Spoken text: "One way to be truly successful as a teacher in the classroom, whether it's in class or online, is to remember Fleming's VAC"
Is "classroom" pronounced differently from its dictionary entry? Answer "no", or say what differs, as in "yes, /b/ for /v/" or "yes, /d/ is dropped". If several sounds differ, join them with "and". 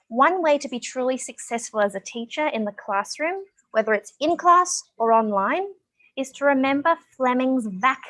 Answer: no